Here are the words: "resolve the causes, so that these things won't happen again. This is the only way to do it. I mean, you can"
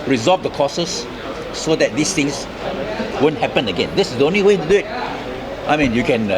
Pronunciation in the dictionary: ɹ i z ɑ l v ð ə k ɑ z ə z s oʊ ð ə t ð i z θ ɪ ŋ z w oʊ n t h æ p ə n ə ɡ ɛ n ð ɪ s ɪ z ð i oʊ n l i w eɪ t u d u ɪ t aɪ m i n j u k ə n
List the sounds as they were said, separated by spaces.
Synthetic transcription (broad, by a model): ɹ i z ɑ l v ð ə k ɑ s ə s oʊ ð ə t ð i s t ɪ ŋ s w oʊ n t h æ p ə n ə ɡ ɛ n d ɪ s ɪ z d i oʊ n l i w eɪ t u d u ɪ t aɪ m i n j u k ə n